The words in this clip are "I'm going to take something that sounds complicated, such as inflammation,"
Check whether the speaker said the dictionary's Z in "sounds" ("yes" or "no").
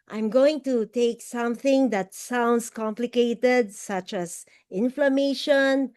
no